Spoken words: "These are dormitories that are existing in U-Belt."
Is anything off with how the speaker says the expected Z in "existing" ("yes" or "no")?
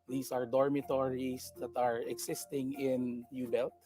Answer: yes